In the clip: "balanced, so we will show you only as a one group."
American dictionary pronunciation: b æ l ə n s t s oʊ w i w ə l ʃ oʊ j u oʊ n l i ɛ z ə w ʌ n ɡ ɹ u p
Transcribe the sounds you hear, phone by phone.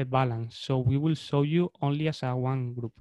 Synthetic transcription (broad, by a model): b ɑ l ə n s s oʊ w i w ə l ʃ oʊ j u oʊ n l i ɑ s ə w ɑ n ɡ ɹ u p